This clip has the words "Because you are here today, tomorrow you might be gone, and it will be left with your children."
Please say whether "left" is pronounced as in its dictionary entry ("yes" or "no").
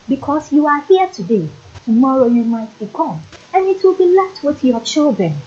no